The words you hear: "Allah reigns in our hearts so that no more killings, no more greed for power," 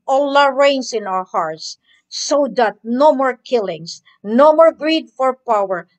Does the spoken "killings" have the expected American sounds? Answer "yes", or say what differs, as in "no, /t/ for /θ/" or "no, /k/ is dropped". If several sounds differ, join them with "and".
no, /s/ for /z/